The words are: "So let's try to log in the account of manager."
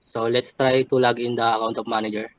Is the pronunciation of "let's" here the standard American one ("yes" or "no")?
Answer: yes